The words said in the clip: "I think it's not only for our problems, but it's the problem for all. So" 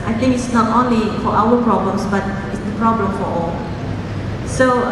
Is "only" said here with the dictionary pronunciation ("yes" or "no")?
yes